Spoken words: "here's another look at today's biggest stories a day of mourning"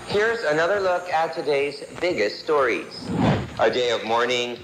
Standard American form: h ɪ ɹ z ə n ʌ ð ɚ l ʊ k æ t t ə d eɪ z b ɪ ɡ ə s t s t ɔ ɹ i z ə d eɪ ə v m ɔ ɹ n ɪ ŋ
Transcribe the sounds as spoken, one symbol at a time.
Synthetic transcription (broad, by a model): h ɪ ɹ z ə n ʌ ð ɚ l ʊ k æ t t ə d eɪ z b ɪ ɡ ə s t s t ɔ ɹ i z ə d eɪ ə v m ɔ ɹ n ɪ ŋ